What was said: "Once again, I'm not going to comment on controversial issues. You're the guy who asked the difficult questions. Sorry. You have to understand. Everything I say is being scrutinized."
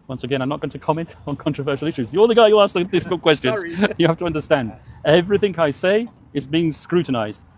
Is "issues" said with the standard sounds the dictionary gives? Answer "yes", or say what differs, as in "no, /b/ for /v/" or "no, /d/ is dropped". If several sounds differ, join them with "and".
yes